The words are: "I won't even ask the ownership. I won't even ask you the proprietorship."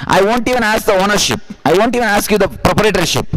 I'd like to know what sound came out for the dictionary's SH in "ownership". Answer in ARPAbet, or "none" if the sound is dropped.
SH